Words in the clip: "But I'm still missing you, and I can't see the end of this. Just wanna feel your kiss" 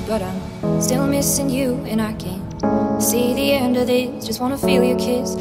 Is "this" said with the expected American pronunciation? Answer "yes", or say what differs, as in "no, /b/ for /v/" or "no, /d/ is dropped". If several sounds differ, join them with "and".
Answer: no, /s/ is dropped